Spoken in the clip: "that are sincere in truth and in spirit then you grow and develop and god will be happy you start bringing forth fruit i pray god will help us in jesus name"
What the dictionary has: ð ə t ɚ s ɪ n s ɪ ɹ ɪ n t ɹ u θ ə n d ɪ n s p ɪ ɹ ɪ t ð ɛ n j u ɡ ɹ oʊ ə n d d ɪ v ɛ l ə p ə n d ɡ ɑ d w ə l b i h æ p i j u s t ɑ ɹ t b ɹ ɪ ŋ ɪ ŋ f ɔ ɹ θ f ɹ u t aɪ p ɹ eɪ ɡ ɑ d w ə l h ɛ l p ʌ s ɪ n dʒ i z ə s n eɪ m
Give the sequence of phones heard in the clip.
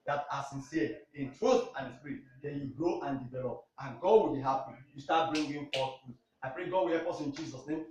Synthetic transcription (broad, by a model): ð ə t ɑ s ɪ n s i ɪ n t ɹ u θ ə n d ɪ s p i ɹ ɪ t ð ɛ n j u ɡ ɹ oʊ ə n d d ɪ v ɛ l ə p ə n ɡ ɑ d w ə l b i h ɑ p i j u s t ɑ t b ɹ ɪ ŋ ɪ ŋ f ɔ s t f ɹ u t aɪ p ɹ eɪ ɡ ɑ d w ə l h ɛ p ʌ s ɪ n dʒ i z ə s n eɪ m